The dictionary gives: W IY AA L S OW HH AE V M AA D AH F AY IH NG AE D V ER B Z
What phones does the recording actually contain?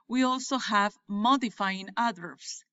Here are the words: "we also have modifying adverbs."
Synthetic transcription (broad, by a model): W IY AA L S OW HH AE V M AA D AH F AY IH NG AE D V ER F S